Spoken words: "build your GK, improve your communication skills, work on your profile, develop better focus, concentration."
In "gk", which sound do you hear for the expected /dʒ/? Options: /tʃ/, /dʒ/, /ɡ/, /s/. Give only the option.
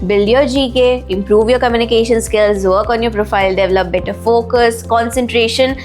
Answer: /dʒ/